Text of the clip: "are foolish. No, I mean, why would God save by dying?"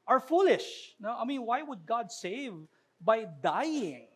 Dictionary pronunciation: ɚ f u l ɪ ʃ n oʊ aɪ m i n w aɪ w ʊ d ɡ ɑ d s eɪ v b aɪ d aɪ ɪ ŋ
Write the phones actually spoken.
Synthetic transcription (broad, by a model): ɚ f u l ɪ ʃ n oʊ aɪ m i n w aɪ w ʊ d ɡ ɑ d s eɪ v b aɪ d aɪ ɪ ŋ